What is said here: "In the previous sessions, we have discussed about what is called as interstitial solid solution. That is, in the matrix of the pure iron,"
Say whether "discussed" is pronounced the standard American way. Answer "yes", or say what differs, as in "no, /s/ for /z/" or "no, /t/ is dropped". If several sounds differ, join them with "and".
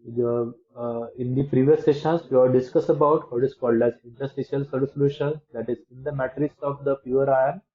no, /t/ is dropped